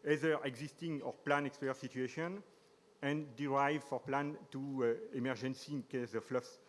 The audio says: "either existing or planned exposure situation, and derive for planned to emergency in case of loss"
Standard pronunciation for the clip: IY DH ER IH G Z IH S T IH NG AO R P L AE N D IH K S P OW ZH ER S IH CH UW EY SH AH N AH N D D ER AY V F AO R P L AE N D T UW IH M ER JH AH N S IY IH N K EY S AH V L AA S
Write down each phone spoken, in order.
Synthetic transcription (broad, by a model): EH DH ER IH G Z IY S T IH NG AO R P L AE N IH K S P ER S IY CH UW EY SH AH N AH N D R AY V F AO R P L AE N T UW IH M ER JH AH N S IY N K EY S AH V L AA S